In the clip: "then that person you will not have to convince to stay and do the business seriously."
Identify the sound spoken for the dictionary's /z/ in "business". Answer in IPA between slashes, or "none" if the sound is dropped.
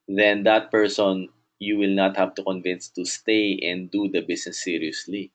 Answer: /s/